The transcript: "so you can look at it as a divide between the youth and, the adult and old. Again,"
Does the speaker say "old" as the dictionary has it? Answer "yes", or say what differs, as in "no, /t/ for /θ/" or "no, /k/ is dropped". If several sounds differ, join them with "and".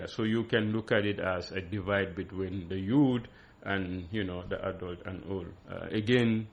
no, /d/ is dropped